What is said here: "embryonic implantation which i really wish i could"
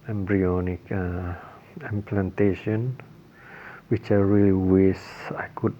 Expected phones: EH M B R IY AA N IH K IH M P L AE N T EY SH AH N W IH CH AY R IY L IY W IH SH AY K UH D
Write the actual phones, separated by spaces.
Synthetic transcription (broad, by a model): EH M B R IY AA N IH K IH M P L AE N T EY SH AH N W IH CH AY R IY L IY W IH S AY K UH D